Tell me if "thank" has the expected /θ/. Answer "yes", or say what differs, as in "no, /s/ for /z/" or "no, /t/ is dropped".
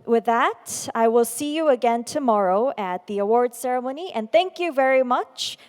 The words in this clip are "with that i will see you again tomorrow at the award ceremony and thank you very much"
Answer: yes